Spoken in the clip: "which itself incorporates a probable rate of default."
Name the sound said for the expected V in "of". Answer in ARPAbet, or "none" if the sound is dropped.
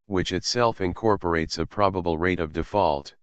V